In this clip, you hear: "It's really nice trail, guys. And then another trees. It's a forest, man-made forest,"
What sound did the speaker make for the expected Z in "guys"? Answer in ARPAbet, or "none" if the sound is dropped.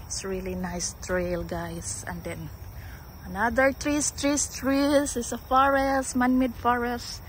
S